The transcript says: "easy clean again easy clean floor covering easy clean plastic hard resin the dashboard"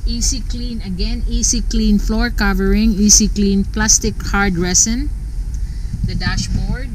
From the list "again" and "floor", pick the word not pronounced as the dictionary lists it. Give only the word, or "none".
none